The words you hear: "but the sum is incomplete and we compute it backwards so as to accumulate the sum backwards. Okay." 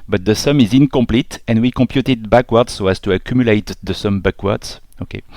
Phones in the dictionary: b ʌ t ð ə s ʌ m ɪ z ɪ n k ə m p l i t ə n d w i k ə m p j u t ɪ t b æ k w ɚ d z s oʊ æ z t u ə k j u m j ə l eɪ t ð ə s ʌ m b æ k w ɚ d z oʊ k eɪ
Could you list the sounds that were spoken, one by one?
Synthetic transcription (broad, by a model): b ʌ t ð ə s ʌ m ɪ z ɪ n k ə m p l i t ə n w i k ə m p j u t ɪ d b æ k w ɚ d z s oʊ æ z t u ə k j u m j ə l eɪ t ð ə s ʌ m b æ k w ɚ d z oʊ k eɪ